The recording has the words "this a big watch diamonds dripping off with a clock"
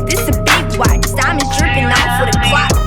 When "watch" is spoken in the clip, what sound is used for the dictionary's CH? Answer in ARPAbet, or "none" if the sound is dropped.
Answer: S